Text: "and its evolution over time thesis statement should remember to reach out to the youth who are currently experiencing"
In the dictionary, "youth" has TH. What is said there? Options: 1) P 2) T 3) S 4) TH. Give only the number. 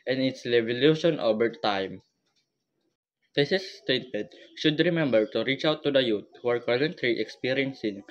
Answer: 2